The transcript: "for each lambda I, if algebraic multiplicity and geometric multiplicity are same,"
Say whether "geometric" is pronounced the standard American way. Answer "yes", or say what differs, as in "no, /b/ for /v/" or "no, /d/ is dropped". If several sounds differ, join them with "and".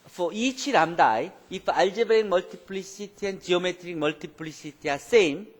yes